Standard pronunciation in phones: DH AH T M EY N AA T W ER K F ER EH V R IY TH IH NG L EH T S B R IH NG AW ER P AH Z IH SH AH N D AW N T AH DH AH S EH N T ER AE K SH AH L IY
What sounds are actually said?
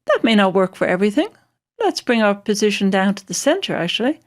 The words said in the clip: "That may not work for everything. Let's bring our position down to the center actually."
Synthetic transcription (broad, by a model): DH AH T M EY N AA T W ER K F ER EH V R IY TH IH NG L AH T S B R IH NG AW ER P AH Z IH SH AH N D AW N T AH DH AH S EH N T ER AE K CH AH L IY